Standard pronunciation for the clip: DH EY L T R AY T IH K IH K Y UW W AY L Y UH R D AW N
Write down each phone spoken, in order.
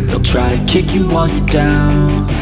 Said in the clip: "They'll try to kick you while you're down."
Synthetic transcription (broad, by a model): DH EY L T R AY T IH K IH K Y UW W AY N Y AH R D AW N